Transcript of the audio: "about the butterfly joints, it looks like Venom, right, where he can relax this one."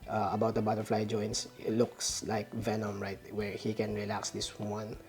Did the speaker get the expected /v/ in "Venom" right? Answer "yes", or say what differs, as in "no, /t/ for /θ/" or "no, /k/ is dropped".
yes